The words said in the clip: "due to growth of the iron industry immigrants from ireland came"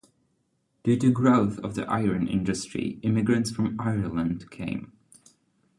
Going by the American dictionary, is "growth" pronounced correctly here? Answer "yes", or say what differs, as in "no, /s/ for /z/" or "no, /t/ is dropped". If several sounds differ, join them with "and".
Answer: yes